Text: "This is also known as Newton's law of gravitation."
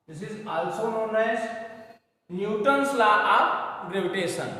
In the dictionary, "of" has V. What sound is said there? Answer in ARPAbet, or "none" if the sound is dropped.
P